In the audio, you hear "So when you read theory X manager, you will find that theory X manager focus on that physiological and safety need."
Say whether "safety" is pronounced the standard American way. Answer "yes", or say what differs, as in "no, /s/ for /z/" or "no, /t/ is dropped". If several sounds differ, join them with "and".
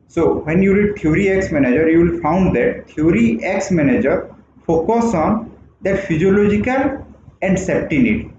no, /p/ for /f/